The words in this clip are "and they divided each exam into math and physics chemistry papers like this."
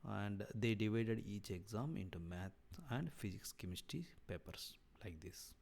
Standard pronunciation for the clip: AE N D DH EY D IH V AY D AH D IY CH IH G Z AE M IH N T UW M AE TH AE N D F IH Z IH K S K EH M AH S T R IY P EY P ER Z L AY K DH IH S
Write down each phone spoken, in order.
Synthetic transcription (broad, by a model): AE N D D EY D IH V AY D AH D IY CH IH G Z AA M IH N T UW M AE T AE N D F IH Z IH K S K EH M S T IY P EY P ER S L AY K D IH S